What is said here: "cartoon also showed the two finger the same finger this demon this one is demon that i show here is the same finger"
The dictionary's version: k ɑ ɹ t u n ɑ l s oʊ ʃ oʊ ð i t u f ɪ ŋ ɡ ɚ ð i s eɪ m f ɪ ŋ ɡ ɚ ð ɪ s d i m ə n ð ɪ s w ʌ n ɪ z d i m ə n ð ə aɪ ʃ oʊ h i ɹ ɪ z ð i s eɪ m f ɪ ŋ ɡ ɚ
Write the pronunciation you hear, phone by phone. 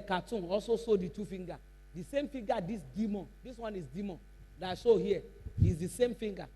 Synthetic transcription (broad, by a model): k ɑ t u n ɑ l s oʊ s oʊ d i t u f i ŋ ɡ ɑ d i s eɪ m f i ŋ ɡ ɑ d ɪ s d i m ə n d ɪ s w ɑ n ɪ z d i m ə n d aɪ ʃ oʊ h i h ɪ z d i s eɪ m f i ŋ ɡ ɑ